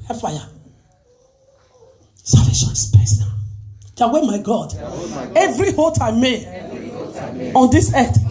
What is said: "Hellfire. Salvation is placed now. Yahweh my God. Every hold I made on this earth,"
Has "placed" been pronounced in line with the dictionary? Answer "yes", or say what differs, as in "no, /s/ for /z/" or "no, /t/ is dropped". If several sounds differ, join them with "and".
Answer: no, /l/ is dropped